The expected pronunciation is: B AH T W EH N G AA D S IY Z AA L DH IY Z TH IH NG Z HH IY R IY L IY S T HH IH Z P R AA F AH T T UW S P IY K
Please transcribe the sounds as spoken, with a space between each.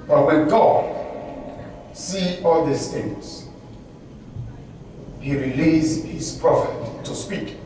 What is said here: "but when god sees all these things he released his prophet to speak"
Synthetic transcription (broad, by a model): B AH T W EH N G AA D S IY AA L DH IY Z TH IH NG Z HH IY R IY L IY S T HH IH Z P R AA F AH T T UW S P IY K